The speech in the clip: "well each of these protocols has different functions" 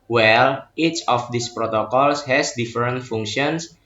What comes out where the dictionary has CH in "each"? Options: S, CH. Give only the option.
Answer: CH